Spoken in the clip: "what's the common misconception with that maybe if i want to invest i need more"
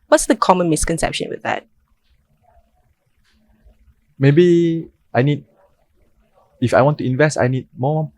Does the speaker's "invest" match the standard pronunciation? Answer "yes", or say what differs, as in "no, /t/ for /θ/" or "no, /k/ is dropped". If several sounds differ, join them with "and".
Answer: yes